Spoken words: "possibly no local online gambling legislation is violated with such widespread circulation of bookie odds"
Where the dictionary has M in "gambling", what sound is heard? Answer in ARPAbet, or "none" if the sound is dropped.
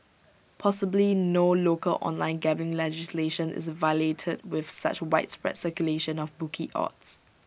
none